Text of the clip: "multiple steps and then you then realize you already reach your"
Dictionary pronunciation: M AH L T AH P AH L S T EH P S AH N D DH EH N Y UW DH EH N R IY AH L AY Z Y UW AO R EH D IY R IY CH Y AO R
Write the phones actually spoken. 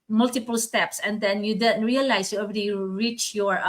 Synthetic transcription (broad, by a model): M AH L T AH P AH L S T EH P S AH N D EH N Y UW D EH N R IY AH L AY S Y UW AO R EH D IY R IY CH Y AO R